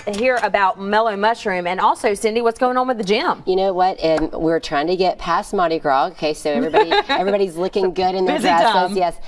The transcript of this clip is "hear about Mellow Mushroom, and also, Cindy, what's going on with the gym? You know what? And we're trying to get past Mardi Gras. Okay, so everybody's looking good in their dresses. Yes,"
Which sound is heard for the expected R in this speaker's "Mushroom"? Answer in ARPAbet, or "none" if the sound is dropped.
R